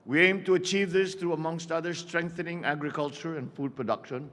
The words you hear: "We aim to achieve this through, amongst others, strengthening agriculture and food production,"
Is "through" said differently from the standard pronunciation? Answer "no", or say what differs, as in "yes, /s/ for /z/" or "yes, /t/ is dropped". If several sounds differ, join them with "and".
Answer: yes, /t/ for /θ/